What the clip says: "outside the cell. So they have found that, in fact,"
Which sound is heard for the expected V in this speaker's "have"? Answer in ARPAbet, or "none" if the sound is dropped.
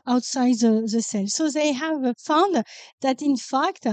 V